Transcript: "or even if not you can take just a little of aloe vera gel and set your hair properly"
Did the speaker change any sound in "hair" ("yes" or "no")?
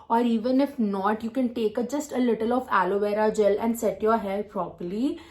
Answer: yes